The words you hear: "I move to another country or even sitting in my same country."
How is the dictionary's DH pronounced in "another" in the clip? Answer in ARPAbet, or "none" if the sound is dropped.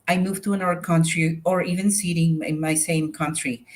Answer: none